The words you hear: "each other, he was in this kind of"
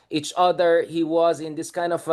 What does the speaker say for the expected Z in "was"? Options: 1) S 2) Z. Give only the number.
2